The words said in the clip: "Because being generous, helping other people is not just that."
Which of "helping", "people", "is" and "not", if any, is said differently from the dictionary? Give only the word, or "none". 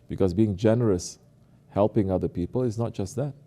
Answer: is